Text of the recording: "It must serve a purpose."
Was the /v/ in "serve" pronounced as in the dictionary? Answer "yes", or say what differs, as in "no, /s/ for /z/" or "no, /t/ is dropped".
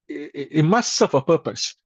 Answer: no, /f/ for /v/